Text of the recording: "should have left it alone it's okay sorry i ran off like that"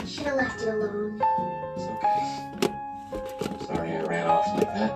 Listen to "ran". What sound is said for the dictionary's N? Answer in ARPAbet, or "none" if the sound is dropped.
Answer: L